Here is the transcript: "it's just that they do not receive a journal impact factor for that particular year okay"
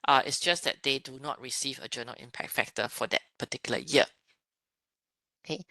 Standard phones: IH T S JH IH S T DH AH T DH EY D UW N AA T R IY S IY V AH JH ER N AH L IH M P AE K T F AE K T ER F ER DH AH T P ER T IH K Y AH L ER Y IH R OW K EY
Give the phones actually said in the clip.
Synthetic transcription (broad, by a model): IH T S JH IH S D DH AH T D EY D UW N AA T R IY S IY V AH JH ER N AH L IH M P AE K T F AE K T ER F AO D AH T P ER T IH K Y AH L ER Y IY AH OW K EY